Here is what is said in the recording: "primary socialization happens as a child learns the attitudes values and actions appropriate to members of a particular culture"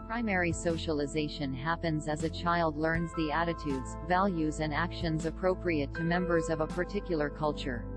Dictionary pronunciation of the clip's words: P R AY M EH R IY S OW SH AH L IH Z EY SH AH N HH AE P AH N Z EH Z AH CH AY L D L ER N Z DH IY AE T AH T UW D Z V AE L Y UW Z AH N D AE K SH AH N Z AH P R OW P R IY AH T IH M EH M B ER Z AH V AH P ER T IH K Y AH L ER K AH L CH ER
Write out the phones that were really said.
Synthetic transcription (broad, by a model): P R AY M EH R IY S OW SH AH L IH Z EY SH AH N HH AE P AH N Z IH Z AH CH AY L D L ER N Z DH IY AE T AH T UW D Z V AE L Y UW Z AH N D AE K SH AH N Z AH P R OW P R IY AH T IH M EH M B ER Z AH V AH P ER T IH K Y L ER K AH L CH ER